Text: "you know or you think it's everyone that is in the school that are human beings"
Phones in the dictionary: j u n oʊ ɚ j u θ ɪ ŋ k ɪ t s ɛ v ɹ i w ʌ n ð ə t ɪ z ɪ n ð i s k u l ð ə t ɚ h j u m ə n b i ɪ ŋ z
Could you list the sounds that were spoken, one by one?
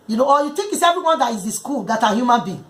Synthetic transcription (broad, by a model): j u n oʊ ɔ j u t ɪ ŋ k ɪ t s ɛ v ɹ i w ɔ n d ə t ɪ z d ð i s k u l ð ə t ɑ h j u m ə n b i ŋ